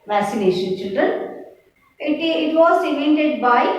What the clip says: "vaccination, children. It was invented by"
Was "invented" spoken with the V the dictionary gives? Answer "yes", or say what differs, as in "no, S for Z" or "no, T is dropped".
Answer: no, V is dropped